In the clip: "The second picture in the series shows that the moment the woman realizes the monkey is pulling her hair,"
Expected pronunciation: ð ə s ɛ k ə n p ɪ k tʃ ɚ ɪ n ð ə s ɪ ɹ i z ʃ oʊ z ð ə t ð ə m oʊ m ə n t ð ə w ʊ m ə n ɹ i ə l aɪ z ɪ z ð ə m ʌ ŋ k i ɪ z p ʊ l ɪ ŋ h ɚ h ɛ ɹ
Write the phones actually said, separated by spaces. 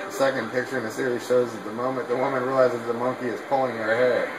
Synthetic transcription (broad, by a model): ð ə s ɛ k ə n p ɪ k tʃ ɚ ɪ n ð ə s ɪ ɹ i z ʃ oʊ z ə t ð ə m oʊ m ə n ð ə w ʊ m ə n ɹ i l aɪ z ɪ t ð ə m ʌ ŋ k i ɪ z p ʊ l ɪ ŋ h ɚ h ɛ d